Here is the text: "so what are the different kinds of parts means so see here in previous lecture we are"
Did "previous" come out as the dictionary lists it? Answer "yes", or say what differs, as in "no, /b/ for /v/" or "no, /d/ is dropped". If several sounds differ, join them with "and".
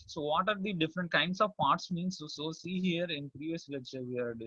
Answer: yes